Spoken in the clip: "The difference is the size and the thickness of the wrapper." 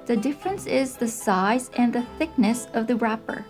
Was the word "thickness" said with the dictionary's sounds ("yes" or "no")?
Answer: yes